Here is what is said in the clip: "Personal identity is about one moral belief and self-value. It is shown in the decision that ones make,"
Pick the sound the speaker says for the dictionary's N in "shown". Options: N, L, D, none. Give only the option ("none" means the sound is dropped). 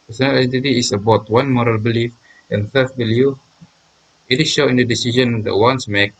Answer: none